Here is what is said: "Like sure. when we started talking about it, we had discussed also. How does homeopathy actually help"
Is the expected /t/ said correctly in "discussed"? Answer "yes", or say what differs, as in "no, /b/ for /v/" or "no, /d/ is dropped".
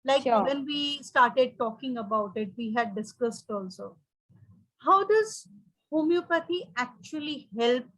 yes